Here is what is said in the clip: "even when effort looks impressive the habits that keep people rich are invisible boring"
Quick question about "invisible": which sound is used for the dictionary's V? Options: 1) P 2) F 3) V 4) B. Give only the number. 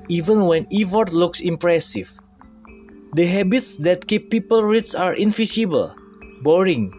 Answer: 2